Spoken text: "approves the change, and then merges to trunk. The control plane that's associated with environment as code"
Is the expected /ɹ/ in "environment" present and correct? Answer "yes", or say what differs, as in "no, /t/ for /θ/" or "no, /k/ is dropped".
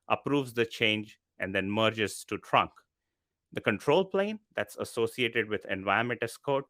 no, /ɹ/ is dropped